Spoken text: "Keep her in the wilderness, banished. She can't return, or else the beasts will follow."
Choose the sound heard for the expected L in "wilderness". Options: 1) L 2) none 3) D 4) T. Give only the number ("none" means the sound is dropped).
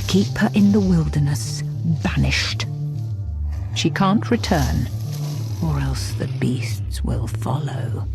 1